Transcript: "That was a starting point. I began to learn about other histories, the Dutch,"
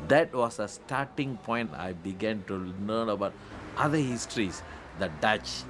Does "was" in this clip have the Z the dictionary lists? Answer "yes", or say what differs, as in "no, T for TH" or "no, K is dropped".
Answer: no, S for Z